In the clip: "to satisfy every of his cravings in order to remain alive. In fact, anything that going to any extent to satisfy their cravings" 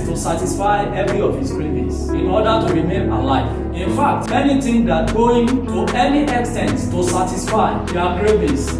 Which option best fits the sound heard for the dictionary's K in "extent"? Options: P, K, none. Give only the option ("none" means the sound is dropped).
K